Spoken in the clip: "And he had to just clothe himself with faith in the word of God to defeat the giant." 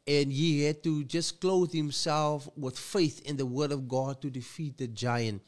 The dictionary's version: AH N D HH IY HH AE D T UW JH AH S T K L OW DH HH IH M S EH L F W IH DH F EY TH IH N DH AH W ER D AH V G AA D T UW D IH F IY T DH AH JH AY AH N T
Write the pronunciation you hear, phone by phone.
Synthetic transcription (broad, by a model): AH N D HH IY HH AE D T UW JH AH S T K L OW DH HH IH M S EH L F W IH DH F EY TH IH N DH AH W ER D AH V G AA D T UW D IH F IY T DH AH JH AY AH N T